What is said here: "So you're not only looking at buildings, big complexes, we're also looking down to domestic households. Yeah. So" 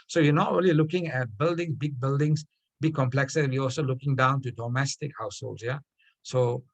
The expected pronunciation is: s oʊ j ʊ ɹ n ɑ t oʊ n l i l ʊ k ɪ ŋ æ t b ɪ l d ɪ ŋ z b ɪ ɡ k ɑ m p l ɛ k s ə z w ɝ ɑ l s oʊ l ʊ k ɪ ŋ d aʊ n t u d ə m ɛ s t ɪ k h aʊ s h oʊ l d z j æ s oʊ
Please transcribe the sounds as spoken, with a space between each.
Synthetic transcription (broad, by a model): s oʊ j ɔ n ɑ t oʊ n l i l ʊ k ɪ ŋ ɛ t b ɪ l d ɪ ŋ s b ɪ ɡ k ɑ m p l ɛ k s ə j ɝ ɑ l s oʊ l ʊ k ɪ ŋ d aʊ n t u d ə m ɛ s t ɪ k h aʊ s h oʊ l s j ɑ s oʊ